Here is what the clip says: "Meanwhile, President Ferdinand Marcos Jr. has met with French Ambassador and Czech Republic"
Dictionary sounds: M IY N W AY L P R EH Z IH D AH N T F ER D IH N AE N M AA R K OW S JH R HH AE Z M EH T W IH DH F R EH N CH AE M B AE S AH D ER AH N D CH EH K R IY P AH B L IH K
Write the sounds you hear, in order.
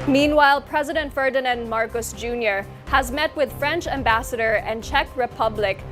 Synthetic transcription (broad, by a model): M IY N W AY L P R EH Z IH D AH N T F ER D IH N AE N M AA R K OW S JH R HH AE Z M EH T W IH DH F R EH N CH AE M B AE S AH D ER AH N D CH EH K R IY P AH B L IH K